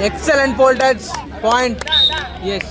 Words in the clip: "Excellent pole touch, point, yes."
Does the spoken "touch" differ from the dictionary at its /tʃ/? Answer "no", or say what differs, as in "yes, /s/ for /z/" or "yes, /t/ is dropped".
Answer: yes, /s/ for /tʃ/